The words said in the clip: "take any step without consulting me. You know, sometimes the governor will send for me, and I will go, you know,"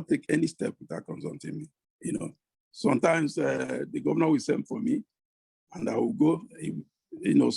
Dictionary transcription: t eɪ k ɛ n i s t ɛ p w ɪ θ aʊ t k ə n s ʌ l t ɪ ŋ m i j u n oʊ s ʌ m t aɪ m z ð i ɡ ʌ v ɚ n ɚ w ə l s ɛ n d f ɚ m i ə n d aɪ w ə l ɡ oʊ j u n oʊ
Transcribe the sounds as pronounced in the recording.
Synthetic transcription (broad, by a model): t eɪ k ɛ n i s t ɛ p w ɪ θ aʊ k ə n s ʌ n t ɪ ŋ m i j u n oʊ s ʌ m t aɪ m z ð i ɡ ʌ v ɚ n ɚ w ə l s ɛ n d f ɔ m i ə n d aɪ w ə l ɡ oʊ j u n oʊ